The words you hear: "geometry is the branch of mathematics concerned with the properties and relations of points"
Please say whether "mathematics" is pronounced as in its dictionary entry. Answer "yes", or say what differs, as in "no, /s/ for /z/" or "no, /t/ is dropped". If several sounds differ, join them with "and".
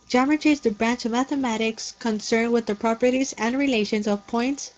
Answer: yes